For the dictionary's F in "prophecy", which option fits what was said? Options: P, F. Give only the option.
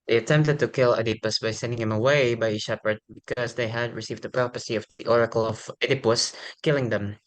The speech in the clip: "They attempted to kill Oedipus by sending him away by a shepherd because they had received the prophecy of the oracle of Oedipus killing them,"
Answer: P